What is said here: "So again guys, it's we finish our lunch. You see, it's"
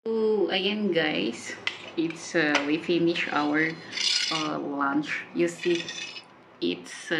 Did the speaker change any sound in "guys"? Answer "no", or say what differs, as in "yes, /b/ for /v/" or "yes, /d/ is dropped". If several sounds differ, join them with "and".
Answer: yes, /s/ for /z/